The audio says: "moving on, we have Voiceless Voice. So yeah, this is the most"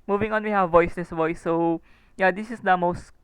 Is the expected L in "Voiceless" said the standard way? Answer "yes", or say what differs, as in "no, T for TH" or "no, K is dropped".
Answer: no, N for L